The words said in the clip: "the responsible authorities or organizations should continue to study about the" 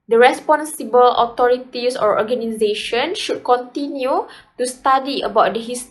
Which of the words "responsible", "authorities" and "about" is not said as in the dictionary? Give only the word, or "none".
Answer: authorities